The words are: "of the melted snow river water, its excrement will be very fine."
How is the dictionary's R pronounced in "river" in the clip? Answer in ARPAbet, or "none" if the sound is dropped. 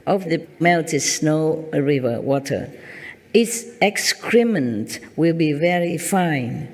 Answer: R